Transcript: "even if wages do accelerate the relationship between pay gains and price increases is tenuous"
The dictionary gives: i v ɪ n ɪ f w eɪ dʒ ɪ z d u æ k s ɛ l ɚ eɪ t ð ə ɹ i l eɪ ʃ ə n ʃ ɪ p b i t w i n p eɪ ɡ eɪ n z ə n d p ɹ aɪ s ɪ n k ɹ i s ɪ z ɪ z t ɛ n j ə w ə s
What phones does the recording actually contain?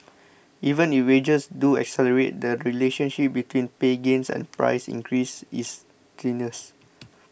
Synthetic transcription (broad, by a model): i v ɪ n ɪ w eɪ dʒ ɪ s d u æ k s ɛ l ɚ eɪ t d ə ɹ i l eɪ ʃ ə n ʃ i p b i t w i n p eɪ ɡ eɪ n s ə n p ɹ aɪ s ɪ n k ɹ i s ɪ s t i n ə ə s